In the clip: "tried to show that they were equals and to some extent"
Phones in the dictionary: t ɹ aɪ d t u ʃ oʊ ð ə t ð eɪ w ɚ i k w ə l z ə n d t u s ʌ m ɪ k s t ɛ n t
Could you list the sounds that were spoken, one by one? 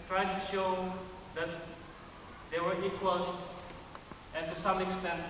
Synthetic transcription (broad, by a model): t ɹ aɪ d t u ʃ oʊ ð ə t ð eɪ w ɚ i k w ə l s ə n t u s ʌ m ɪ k s t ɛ n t